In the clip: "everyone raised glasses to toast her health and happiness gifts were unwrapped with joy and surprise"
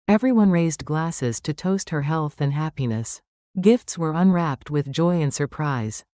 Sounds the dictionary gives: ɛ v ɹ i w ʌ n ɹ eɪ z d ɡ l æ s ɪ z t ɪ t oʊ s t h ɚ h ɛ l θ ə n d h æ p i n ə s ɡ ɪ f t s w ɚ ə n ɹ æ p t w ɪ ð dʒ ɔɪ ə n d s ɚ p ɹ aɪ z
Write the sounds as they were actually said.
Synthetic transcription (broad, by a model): ɛ v ɹ i w ʌ n ɹ eɪ z d ɡ l æ s ɪ z t ɪ t oʊ s t h ɚ h ɛ l θ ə n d h æ p i n ə s ɡ ɪ f t s w ɚ ə n ɹ æ p t w ɪ ð dʒ ɔɪ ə n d s ɚ p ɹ aɪ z